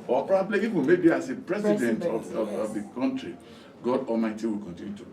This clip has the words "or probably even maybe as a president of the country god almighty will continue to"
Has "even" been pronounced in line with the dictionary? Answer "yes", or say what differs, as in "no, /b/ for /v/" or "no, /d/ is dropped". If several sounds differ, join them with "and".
no, /f/ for /v/